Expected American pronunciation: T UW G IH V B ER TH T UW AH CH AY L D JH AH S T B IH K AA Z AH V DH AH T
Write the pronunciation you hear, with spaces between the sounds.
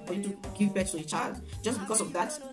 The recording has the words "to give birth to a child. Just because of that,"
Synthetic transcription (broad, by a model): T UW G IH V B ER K T UW AH CH AY L D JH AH S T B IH K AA S AH V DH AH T